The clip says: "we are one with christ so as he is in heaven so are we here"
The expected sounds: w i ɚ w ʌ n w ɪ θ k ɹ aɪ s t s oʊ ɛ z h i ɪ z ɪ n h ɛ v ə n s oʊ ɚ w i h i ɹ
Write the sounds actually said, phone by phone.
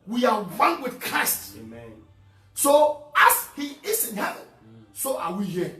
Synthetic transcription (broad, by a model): w i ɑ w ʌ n w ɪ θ k ɹ aɪ s t s oʊ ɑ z h i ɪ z ɪ n h ɛ v ə n s oʊ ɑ w i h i